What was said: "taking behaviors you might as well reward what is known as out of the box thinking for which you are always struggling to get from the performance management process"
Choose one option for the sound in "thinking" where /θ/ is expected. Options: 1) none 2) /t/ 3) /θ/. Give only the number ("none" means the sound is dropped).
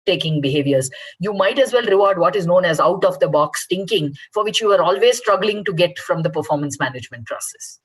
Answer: 2